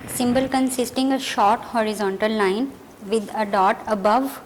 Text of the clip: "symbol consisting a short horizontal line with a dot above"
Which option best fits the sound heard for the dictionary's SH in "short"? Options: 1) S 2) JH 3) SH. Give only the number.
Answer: 3